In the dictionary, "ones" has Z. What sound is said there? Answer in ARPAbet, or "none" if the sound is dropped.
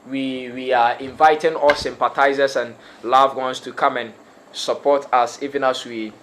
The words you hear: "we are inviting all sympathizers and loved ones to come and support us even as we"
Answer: S